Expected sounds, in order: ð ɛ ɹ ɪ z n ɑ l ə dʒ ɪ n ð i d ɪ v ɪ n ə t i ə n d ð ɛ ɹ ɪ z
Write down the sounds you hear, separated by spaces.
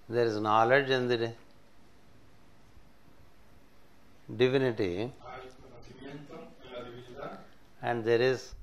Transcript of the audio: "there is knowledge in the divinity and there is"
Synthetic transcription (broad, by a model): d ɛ ɹ ɪ z n ɑ l ə dʒ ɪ n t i d ɪ v ɪ n ə t i ə n d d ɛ ɹ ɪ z